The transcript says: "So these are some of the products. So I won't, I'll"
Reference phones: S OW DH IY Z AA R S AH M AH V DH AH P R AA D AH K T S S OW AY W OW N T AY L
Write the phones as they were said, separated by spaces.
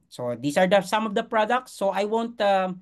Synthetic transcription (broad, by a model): S OW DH IY S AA R S AH M AH V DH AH P R AA D AH K T S S OW AY W OW N T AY